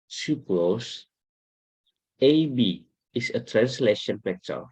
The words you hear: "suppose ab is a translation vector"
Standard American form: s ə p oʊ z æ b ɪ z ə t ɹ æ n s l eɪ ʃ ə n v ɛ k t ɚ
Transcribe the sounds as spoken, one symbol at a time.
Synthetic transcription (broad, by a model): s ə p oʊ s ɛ b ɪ s ə t ɹ æ n s l eɪ ʃ ə n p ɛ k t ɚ